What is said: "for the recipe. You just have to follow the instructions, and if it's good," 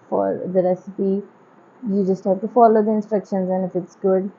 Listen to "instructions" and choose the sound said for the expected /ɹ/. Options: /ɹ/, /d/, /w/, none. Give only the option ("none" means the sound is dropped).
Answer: /ɹ/